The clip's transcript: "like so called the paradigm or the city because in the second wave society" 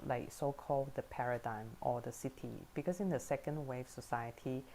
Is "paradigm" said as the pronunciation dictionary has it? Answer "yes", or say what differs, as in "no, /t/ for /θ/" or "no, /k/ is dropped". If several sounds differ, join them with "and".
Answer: yes